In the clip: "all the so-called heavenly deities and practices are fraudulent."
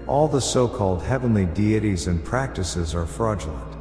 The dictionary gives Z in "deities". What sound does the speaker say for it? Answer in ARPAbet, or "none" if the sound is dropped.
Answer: Z